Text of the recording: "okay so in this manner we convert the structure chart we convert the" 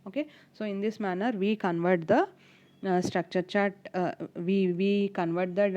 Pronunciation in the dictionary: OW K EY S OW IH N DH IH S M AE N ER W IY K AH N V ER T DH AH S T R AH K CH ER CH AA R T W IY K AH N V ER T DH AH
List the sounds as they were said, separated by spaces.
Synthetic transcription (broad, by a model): OW K EY S OW IH N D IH S M AE N ER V IY K AH N V ER T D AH S T R AH K CH ER CH AA R T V IY K AH N V ER T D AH